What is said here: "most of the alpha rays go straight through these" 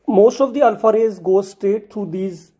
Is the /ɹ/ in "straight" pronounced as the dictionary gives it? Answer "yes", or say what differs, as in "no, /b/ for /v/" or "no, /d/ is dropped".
yes